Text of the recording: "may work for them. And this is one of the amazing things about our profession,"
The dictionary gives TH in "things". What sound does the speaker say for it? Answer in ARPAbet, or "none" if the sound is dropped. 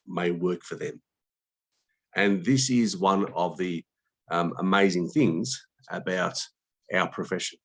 TH